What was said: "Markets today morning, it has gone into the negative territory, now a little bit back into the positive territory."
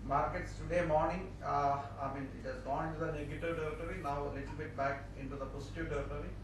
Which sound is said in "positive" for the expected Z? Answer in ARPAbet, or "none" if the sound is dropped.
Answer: S